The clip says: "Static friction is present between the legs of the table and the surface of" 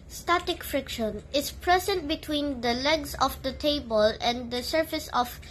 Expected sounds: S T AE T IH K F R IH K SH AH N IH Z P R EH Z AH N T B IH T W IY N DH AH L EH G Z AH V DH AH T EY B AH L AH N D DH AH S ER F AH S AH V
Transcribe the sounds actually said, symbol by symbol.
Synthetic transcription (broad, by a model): S T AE T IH K F R IH K SH AH N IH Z P R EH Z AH N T B IH T W IY N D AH L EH G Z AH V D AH T EY B AH L AH N D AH S ER F AH S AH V